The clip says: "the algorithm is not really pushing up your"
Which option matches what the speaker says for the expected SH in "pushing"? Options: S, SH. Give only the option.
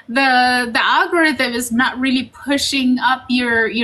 SH